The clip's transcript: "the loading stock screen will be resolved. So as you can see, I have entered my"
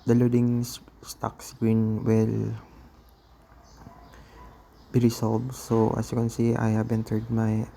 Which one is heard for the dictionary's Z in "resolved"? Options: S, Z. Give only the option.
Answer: S